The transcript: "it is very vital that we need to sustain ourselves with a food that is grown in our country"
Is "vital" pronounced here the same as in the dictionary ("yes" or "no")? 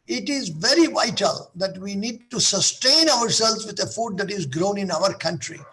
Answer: yes